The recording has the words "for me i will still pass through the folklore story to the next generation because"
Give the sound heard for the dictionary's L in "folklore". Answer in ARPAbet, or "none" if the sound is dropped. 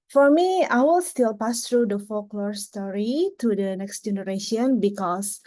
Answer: L